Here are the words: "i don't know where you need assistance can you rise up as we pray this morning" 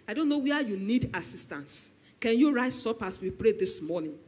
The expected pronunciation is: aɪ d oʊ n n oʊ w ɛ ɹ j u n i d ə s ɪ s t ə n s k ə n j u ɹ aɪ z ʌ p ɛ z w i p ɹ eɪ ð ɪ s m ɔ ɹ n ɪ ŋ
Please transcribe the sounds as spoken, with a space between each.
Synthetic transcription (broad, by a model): aɪ d oʊ n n oʊ w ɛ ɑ j u n i d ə s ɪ s t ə n s k ə n j u ɹ aɪ s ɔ p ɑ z w i p ɹ eɪ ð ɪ s m ɔ n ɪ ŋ